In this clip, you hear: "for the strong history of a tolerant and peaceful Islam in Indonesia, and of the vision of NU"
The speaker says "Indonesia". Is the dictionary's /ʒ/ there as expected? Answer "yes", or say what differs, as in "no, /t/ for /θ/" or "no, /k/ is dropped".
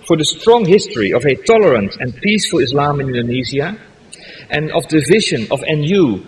no, /z/ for /ʒ/